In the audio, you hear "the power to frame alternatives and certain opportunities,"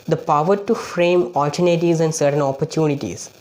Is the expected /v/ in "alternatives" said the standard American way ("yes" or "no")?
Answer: no